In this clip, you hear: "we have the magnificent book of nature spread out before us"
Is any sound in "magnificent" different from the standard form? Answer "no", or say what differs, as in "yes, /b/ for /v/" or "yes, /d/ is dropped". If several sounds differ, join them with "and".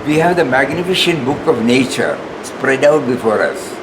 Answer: yes, /ʃ/ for /s/